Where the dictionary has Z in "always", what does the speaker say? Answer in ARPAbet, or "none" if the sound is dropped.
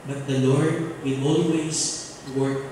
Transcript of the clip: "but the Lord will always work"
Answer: S